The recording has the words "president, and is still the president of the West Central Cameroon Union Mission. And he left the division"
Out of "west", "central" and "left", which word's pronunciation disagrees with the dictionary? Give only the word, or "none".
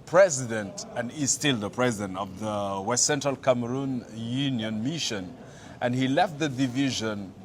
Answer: none